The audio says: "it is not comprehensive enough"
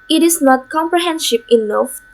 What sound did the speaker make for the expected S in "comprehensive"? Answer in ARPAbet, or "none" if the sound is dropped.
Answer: SH